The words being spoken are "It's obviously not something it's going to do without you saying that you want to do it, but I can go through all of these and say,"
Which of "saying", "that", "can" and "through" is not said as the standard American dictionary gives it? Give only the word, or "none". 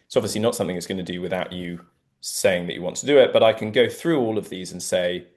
none